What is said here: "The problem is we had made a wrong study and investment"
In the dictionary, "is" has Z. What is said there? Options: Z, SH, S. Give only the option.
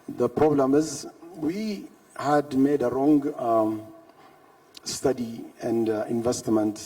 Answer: Z